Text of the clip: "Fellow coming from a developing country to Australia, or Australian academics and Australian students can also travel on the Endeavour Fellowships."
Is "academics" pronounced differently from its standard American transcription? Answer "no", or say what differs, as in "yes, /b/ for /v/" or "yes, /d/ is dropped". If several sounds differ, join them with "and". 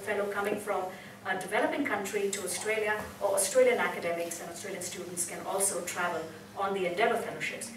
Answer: no